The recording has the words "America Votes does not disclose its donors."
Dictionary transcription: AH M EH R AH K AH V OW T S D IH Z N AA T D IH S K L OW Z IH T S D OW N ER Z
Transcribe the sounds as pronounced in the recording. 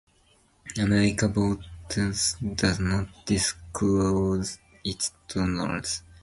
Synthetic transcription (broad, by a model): AH M EH R AH K AH B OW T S D IH Z N AA T D IH S K L OW Z IH T S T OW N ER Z